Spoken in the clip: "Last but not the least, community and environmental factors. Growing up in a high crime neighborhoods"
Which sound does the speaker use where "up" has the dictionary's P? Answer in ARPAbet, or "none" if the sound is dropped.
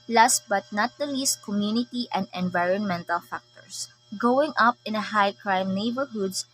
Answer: P